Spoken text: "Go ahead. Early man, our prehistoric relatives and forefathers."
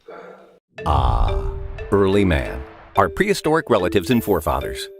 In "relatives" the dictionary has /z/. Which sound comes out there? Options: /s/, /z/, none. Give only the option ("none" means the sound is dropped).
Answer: /z/